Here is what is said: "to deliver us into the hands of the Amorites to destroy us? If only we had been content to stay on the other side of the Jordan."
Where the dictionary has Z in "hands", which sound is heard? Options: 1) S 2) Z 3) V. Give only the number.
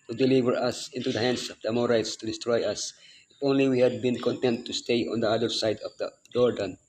1